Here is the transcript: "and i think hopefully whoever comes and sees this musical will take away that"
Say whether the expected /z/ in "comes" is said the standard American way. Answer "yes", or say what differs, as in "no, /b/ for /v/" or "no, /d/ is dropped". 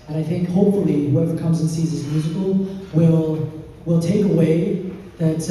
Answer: yes